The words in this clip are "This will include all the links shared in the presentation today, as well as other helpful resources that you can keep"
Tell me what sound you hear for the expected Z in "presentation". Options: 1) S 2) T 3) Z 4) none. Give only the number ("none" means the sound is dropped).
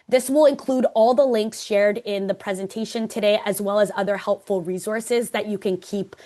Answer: 3